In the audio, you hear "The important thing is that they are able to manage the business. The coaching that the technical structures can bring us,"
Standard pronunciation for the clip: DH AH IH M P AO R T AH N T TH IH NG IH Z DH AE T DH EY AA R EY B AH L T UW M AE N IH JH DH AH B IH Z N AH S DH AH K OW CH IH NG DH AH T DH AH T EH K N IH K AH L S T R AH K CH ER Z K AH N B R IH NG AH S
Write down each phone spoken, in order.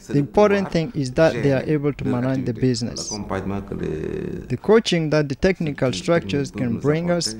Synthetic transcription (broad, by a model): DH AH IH M P AO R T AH N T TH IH NG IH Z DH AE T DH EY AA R EY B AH L T UW M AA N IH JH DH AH B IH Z N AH S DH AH K OW CH IH NG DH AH T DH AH T EH K N IH K AH L S T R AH K CH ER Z K AH N B R IH NG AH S